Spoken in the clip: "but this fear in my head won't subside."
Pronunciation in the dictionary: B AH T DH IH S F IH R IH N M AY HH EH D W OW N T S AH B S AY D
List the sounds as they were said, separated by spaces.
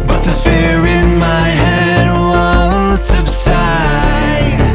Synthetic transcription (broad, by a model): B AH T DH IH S F IH R IH N M AY HH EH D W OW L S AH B S AY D